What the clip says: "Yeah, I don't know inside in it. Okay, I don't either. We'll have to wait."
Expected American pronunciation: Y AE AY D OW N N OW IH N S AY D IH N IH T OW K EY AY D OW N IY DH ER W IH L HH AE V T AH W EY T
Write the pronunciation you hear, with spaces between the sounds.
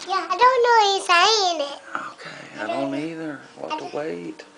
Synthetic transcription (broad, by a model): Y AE AY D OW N N OW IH S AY IH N IH T OW K EY AY D OW N IY DH ER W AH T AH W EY T